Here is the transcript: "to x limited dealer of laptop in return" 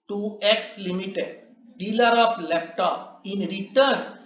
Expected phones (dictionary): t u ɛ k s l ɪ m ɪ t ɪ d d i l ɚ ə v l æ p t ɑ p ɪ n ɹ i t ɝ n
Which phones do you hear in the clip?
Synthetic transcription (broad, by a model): t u ɛ k s l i m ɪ t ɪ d d i l ɚ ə p l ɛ p t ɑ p ɪ n ɹ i t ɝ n